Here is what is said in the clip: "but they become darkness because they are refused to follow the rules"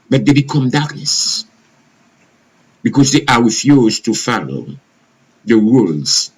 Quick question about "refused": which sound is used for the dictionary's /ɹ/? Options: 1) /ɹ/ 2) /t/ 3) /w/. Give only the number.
3